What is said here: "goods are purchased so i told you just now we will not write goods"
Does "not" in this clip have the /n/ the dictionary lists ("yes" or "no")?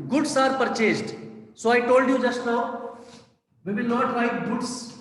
yes